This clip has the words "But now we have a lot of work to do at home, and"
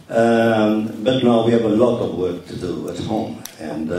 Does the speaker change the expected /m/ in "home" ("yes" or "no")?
no